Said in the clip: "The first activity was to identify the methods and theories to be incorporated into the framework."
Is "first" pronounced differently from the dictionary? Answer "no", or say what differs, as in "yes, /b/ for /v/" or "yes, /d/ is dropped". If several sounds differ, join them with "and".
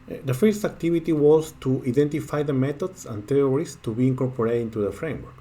no